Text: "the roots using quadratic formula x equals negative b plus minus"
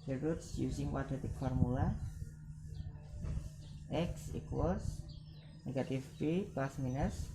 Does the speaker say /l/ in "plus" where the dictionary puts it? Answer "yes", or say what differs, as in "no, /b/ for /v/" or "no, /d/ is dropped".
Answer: no, /l/ is dropped